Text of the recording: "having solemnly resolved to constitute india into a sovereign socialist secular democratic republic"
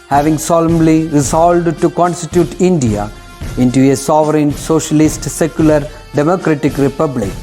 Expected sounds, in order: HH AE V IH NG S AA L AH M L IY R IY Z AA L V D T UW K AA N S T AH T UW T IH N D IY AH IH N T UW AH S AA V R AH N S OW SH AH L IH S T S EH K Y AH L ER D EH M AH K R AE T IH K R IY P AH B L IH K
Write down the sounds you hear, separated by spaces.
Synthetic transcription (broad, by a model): HH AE V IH NG S AA L AH M L IY R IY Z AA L D T UW K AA N S T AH T UW T IH N D IY AH IH N T UW AH S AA V R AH N S OW SH AH L IH S T S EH K Y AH L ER D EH M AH K R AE T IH K R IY P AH B L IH K